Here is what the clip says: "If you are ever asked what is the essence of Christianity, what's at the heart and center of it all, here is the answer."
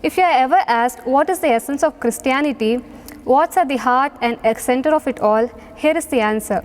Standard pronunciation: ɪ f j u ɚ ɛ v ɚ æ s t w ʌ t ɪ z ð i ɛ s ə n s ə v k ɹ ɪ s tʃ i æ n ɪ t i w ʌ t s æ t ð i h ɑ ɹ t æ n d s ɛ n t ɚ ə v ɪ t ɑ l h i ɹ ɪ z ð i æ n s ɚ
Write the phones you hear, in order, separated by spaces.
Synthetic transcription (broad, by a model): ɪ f j u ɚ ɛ v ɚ æ s t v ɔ t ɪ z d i ɛ s ə n s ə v k ɹ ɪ s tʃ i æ n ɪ t i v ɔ t s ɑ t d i h ɑ ɹ t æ n d s ɛ n t ɚ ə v ɪ t ɑ l h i ɹ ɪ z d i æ n s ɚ